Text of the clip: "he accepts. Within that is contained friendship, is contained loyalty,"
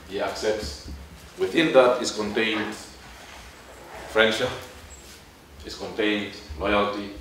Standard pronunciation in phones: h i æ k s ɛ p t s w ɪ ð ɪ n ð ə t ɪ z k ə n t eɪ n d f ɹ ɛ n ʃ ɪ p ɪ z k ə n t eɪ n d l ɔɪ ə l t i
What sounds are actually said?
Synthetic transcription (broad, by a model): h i æ k s ɛ p t s w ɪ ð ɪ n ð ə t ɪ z k ə n t eɪ n d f ɹ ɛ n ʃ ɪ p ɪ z k ə n t eɪ n d l ɔɪ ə l t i